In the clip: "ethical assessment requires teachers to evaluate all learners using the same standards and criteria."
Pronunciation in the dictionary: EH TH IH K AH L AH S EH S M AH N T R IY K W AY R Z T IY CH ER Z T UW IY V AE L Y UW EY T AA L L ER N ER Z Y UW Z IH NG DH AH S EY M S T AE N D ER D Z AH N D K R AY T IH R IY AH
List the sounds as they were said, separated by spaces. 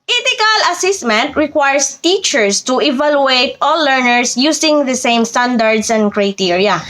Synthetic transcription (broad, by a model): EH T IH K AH L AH S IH S M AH N T R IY K W AY R S T IY CH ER S T UW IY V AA L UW EY T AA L L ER N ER S Y UW S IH NG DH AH S EY M S T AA N D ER D S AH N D K R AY T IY R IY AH